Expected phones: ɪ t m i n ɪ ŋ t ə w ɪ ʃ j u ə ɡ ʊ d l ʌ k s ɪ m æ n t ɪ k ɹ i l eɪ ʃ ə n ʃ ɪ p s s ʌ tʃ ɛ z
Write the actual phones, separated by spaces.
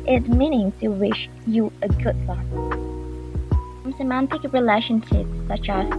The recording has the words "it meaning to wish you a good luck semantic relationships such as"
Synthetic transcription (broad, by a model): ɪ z m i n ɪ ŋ t ə w ɪ ʃ j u ə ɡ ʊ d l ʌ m s ɪ m æ n t ɪ k ɹ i l eɪ ʃ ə n ʃ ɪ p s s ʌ tʃ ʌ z